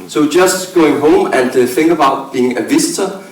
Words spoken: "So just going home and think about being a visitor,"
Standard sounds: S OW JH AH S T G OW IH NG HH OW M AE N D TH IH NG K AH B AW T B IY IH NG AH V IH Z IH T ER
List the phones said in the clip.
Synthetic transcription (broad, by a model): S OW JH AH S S G OW IH NG HH OW M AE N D F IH NG AH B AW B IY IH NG AH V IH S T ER